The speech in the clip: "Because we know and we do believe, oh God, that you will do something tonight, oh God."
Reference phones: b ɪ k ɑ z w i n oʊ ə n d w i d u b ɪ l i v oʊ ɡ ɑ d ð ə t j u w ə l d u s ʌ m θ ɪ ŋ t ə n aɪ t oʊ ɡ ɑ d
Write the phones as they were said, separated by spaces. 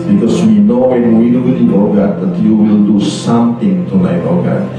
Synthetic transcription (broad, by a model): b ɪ k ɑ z w i n oʊ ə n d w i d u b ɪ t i oʊ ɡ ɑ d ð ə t j u w ə l d u s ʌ m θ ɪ ŋ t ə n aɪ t oʊ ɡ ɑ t